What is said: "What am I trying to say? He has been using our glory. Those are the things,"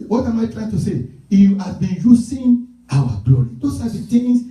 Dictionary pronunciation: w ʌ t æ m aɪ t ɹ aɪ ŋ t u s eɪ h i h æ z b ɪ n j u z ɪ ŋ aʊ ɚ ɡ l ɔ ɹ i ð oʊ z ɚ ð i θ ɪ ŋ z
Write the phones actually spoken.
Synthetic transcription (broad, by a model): w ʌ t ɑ m aɪ t ɹ aɪ ŋ t u s eɪ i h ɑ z b ɪ n j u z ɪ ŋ aʊ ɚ ɡ l ɔ ɹ i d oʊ s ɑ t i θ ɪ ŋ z